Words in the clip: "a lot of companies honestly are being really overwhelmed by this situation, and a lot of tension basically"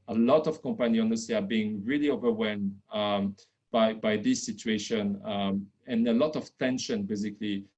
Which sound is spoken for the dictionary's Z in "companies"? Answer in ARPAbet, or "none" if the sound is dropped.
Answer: none